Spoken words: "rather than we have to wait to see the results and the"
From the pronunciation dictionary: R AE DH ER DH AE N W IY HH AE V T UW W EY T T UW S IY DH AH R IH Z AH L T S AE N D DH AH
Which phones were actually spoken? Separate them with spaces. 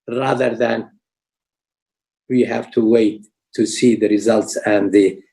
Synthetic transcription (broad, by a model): R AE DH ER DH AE N W IY HH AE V T UW W EY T T UW S IY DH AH R IH Z AH L T S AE N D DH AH